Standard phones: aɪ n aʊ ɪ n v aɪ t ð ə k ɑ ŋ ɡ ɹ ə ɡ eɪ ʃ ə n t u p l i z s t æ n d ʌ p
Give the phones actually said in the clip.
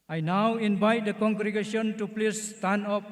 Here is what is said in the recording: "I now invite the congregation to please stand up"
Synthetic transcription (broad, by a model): aɪ n aʊ ɪ n v aɪ t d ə k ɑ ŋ ɡ ɹ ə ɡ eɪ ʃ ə n t u p l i s t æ n ɔ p